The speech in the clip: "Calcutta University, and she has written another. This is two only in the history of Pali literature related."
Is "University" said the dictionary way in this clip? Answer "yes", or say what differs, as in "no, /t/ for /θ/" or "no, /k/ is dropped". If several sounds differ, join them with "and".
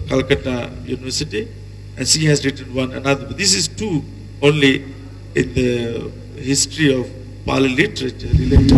yes